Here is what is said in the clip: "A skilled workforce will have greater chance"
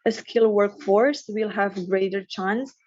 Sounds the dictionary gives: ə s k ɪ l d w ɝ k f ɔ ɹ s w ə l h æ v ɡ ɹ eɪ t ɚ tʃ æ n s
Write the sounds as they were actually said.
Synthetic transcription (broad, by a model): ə s k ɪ l w ɝ k f ɔ ɹ s w ə l h æ v ɡ ɹ eɪ t ɚ tʃ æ n s